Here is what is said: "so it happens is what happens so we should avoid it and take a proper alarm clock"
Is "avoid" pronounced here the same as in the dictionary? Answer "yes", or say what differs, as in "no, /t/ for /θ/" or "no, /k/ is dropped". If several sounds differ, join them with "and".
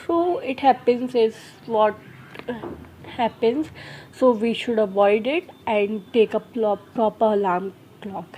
yes